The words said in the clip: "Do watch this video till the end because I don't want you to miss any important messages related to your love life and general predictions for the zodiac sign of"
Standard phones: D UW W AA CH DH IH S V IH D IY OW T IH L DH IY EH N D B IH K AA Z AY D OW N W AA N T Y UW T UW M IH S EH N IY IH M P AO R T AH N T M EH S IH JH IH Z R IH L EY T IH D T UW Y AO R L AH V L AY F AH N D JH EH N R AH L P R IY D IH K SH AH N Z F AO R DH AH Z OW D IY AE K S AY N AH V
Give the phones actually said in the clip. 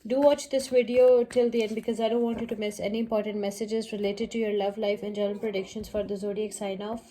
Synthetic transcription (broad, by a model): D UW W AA CH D IH S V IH D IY OW T IH L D IY EH N D B IH K AA Z AY D OW N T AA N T Y UW T UW M IH S EH N IY IH M P AO R T AH N T M EH S IH JH IH Z R IH L EY T IH D T UW Y AO R L AH V L AY F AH N JH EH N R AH N P R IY D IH K SH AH N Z F AO R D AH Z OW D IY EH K S AY N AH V